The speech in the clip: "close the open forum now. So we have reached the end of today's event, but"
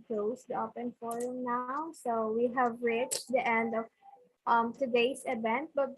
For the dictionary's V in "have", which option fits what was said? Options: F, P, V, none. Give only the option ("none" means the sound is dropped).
V